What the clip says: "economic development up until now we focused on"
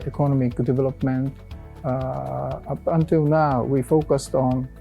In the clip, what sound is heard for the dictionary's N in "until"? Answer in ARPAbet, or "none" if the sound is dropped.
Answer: N